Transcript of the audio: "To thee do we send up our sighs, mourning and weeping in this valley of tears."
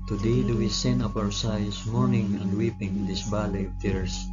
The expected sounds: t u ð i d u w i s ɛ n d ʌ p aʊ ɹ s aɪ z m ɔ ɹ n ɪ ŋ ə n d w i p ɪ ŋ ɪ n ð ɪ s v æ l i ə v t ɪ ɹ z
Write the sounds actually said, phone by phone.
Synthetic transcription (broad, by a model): t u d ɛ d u w i s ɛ n ʌ p aʊ ɹ s aɪ s m ɔ ɹ n ɪ ŋ ə n d w i p ɪ ŋ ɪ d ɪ s b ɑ l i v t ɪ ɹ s